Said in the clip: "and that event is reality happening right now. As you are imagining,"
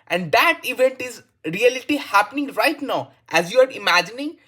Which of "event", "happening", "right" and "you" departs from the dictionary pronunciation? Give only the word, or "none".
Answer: none